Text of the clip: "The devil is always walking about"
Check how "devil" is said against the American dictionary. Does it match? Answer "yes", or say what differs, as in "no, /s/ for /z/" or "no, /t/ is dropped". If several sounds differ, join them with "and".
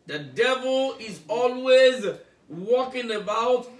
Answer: yes